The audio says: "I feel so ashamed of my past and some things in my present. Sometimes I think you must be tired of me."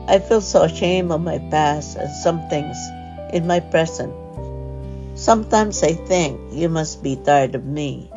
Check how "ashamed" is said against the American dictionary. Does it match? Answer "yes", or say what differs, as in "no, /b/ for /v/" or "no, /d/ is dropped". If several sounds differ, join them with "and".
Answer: no, /d/ is dropped